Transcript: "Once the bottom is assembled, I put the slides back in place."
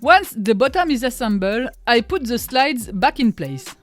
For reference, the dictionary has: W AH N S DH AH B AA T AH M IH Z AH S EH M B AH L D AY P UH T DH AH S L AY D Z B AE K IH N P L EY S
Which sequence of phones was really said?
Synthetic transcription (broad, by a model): W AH N S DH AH B AA T AH M IH Z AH S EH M B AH L AY P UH T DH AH S L AY D Z B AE K IH N P L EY S